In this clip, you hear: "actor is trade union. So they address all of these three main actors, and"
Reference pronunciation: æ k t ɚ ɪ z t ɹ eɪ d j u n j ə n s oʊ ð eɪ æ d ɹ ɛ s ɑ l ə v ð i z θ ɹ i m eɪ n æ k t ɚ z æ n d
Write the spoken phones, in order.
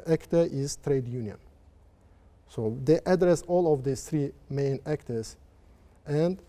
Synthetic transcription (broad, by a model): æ k t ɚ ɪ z t ɹ eɪ d j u n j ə n s oʊ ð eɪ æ d ɹ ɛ s ɑ l ə v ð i θ ɹ i m eɪ n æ k t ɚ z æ n d